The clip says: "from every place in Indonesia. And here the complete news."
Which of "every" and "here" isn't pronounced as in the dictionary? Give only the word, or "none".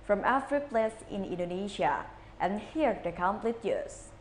every